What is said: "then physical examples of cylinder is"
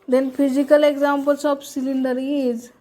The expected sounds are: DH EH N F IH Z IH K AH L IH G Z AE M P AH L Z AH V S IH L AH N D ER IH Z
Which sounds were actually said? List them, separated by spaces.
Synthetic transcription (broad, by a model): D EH N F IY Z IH K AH L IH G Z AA M P AH L S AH P S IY L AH N D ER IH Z